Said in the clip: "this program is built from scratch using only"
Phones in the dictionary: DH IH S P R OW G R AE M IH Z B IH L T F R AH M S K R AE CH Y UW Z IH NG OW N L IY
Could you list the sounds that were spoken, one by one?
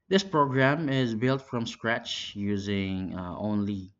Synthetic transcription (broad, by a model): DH IH S P R OW G R AE M IH Z B IH L T F R AH M S K R AE CH Y UW Z IH NG OW N L IY